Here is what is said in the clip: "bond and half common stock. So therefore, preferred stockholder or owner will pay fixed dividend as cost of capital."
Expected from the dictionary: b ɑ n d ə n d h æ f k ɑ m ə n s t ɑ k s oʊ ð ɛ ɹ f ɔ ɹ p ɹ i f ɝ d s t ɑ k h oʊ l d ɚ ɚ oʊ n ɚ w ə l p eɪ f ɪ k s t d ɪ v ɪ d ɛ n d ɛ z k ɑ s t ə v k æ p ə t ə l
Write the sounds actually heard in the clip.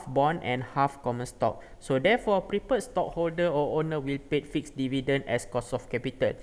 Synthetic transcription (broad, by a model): b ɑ n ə n h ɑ f k ɑ m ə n s t ɑ k s oʊ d ɛ f ɔ p ɹ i p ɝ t s t ɑ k h oʊ l d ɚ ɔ oʊ n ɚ w ə l p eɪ f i k s d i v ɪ d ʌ n ɛ s k ɑ s ə f k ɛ p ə t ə l